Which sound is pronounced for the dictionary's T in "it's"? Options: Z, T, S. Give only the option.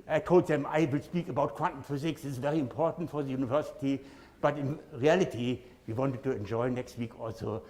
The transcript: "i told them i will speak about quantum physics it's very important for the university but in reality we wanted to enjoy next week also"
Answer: S